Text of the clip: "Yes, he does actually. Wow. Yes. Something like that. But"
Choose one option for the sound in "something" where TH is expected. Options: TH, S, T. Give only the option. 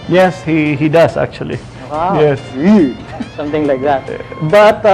T